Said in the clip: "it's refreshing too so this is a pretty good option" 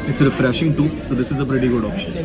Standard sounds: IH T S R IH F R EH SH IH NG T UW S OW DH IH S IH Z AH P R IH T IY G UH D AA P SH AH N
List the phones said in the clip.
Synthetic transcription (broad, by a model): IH T S R IH F R EH SH IH NG T UW S OW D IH S IH Z AH P R IH T IY G UH D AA P SH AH N